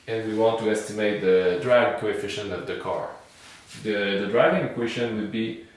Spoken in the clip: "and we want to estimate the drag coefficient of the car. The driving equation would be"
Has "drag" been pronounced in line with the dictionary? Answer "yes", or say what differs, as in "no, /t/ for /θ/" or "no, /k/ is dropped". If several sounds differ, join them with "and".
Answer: yes